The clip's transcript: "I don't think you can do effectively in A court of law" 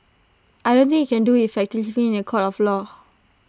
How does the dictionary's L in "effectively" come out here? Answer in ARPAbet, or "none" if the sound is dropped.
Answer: none